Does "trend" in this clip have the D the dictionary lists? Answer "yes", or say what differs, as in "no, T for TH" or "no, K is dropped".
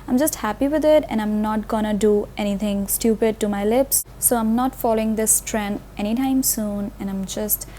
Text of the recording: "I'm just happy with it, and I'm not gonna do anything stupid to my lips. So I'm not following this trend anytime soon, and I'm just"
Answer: no, D is dropped